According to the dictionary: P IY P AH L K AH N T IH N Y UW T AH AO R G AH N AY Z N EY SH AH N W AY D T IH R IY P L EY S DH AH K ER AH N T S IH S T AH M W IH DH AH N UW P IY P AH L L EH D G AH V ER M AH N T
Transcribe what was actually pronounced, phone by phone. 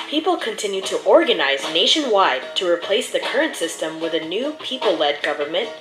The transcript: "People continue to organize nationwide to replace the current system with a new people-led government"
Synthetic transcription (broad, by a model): P IY P L K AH N T IH N Y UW T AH AO R G AH N AY Z N EY SH AH N W AY D T IH R IY P L EY S DH AH K ER AH N T S IH S T AH M W IH DH AH N UW P IY P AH L L EH D G AH V ER M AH N T